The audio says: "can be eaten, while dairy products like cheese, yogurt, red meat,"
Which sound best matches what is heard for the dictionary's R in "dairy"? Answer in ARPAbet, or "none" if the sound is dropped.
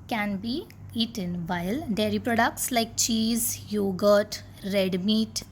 R